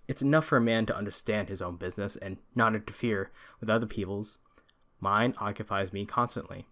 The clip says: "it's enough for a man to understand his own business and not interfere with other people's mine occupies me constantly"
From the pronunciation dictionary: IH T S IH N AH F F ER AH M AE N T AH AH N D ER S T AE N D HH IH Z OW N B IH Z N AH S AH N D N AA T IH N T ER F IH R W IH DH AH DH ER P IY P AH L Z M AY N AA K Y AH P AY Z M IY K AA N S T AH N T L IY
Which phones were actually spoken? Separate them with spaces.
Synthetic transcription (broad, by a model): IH T S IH N AH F F ER AH M AE N T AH AH N D ER S T AE N D HH IH Z OW N B IH Z N AH S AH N N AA T IH N T ER F IH R W IH DH AH DH ER P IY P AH L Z M AY N AA K Y AH P AY Z M IY K AA N S T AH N T L IY